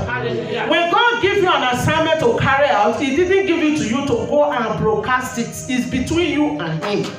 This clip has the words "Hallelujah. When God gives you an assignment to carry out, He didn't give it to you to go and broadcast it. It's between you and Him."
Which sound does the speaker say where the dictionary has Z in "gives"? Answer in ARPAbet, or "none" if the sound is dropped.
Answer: none